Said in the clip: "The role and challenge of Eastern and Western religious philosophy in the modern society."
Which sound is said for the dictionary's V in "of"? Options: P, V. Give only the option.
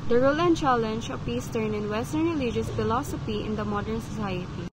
P